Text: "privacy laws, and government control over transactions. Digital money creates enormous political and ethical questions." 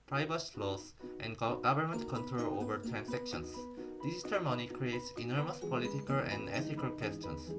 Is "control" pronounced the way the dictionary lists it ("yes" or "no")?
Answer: yes